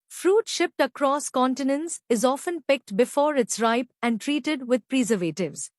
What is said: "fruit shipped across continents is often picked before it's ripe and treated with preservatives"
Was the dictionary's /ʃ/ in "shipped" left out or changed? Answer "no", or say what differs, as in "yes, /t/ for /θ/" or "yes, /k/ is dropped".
no